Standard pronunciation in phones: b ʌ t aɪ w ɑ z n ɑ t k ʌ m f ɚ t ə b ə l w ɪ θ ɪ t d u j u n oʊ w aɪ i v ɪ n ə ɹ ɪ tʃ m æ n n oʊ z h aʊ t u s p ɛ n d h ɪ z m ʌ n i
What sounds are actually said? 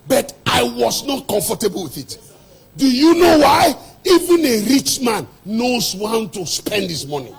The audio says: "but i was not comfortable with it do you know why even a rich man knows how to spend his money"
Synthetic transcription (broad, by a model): b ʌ t aɪ w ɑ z n ɑ t k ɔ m f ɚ t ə b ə l w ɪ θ ɪ t d u j u n oʊ w aɪ i v ɪ n ə ɹ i tʃ m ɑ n n oʊ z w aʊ t u s p ɛ n d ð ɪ s m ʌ n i